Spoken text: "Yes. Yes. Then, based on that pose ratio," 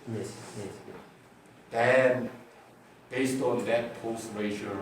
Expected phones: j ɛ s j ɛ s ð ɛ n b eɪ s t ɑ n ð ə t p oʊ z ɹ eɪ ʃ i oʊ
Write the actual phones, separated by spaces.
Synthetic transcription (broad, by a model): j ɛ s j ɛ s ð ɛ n b eɪ s t ɑ n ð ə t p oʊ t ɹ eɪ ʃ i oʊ